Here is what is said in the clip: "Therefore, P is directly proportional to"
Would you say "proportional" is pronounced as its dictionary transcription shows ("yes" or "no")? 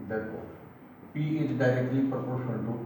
no